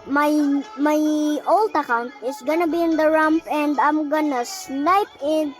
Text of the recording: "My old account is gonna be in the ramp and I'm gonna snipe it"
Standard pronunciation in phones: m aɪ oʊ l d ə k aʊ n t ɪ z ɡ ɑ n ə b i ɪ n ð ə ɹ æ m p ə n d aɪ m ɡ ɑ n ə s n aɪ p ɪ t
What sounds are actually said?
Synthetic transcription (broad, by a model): m aɪ oʊ l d ə k aʊ n t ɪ s ɡ ɑ n ə b i ɪ n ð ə ɹ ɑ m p ə n d aɪ m ɡ ɑ n ə s n aɪ p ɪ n